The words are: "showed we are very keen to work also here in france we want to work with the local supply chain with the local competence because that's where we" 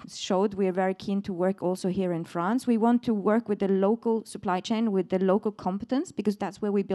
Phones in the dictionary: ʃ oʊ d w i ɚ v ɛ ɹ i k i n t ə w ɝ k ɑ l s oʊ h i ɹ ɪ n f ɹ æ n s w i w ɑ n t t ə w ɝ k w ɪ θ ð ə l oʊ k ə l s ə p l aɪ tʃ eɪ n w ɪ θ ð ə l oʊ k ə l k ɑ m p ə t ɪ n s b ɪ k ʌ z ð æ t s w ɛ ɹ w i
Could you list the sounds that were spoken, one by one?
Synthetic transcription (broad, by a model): ʃ oʊ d w i ɚ v ɛ ɹ i k i n t ə w ɝ k ɑ l s oʊ h i ɹ ɪ n f ɹ æ n s w i w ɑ n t t ə w ɝ k w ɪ ð ə l oʊ k ə l s ə p l aɪ tʃ eɪ n w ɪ ð ə l oʊ k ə l k ɑ m p ə t ɪ n s b ɪ k ʌ z ð æ t s w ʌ ɹ w i